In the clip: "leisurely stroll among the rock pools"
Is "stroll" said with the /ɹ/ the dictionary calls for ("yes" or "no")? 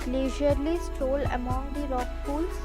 no